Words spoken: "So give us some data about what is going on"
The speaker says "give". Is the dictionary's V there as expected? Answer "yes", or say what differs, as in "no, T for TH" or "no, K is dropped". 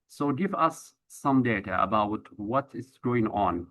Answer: yes